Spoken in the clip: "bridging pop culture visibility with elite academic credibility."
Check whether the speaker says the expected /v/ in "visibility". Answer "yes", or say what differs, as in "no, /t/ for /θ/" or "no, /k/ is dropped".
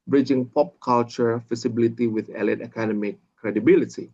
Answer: no, /f/ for /v/